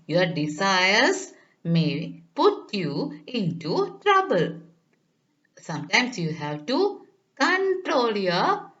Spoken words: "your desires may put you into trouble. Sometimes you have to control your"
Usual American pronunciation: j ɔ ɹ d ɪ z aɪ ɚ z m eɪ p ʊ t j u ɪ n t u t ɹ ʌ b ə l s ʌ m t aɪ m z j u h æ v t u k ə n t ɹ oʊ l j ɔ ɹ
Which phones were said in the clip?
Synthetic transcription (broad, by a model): j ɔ ɹ d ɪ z aɪ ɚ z m eɪ p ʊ t j u ɪ n t u t ɹ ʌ b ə l s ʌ m t aɪ m s j u h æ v t u k ə n t ɹ oʊ l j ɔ